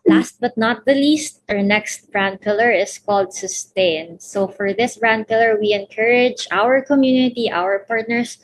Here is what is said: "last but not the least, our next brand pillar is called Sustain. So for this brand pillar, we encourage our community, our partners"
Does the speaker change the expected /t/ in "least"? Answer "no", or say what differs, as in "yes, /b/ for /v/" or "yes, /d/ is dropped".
no